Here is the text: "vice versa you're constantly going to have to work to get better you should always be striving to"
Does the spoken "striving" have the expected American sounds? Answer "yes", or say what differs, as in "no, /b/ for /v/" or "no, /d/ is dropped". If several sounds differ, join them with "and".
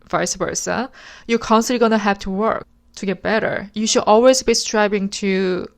no, /b/ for /v/